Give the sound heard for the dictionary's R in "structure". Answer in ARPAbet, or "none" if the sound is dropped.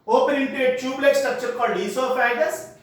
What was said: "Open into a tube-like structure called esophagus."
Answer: none